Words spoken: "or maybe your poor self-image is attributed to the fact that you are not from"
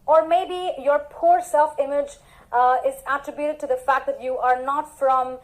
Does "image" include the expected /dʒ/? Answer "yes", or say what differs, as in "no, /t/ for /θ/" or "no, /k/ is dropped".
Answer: yes